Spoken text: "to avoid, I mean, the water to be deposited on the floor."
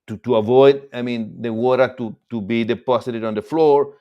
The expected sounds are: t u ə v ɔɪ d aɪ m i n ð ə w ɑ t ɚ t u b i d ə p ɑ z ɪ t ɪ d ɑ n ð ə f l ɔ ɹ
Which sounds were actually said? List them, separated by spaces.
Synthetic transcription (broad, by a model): t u ə v ɔɪ d aɪ m i n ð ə w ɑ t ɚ t u b i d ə p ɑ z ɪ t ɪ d ɑ n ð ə f l ɔ ɹ